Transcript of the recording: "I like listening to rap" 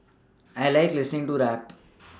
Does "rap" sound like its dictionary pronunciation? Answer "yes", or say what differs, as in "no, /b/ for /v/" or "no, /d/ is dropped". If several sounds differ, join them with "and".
yes